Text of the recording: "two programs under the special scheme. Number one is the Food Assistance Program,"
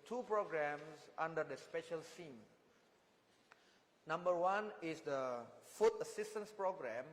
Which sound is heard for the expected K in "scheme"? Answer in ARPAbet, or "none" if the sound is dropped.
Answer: none